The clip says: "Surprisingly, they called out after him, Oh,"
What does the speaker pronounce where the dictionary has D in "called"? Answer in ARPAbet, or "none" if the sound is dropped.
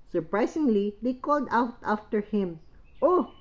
D